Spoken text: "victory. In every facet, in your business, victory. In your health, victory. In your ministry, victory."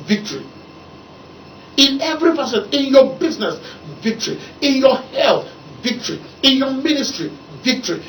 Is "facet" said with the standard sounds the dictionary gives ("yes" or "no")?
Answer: no